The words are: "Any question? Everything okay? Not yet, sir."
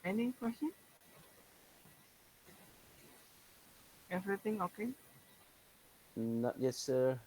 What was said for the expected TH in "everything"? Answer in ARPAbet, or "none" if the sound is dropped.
T